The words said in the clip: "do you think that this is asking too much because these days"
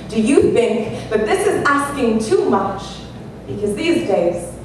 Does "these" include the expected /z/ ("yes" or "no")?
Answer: yes